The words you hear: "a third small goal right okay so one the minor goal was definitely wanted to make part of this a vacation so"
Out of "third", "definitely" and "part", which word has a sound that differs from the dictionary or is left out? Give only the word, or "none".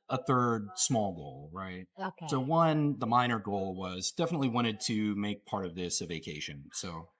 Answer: none